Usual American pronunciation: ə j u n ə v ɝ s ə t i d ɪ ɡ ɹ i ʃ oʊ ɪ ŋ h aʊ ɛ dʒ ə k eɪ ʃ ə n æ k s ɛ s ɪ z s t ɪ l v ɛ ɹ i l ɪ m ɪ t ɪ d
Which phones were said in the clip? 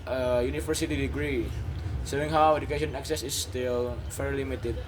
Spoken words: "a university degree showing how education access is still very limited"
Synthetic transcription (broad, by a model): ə j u n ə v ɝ s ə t i d ɪ ɡ ɹ i s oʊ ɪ ŋ h aʊ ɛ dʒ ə k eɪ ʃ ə n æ k s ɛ s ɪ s t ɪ l f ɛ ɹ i l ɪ m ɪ t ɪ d